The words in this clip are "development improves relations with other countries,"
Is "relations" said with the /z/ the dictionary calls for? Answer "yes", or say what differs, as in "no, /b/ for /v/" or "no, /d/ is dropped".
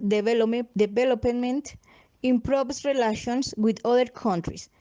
no, /s/ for /z/